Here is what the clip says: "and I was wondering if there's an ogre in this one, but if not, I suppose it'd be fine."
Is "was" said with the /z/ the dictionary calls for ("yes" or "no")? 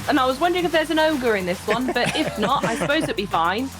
yes